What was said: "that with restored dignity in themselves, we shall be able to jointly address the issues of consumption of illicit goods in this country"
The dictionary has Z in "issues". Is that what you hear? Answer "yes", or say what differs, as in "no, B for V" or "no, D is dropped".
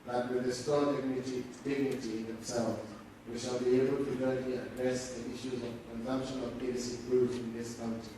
yes